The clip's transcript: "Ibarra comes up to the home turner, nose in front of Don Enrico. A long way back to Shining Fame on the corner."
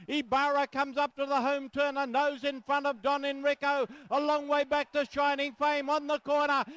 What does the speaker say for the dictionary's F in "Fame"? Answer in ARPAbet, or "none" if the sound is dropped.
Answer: F